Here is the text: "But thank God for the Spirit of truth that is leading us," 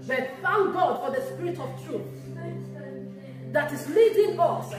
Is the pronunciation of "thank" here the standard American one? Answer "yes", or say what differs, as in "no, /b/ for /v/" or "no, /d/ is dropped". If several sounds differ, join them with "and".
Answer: no, /f/ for /θ/